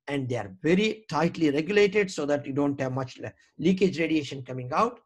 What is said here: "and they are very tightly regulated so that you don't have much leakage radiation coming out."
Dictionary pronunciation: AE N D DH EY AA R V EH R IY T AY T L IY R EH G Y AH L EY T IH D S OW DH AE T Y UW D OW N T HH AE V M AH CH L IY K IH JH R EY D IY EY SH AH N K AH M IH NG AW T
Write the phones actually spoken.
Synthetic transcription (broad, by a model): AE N D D EY AA R V EH R IY T AY T L IY R EH G Y AH L EY T IH D S OW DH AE T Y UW D OW N T HH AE V M AH CH L IY K IH JH R EY D IY EY SH AH N K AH M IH NG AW T